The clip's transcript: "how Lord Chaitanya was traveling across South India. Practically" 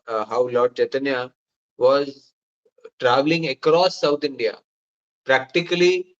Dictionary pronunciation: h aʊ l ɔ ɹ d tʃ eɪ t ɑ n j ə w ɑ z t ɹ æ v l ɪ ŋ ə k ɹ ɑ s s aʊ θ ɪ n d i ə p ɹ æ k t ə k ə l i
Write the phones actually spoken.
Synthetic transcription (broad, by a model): h aʊ l ɔ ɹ d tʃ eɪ t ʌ n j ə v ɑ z t ɹ æ v l ɪ ŋ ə k ɹ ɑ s s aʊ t ɪ n d i ə p ɹ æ k t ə k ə l i